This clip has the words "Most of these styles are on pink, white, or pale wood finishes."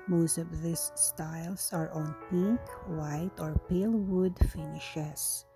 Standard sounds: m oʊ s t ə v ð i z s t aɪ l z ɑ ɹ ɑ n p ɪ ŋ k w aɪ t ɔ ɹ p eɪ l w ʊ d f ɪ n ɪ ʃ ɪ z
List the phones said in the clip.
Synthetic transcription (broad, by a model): m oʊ s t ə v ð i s s t aɪ l s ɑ ɹ ɑ n p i k w aɪ t ɔ ɹ p eɪ l w ʊ d f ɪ n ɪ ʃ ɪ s